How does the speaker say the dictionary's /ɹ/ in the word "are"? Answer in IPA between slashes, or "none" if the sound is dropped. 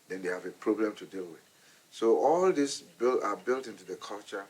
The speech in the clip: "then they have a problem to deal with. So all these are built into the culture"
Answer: /l/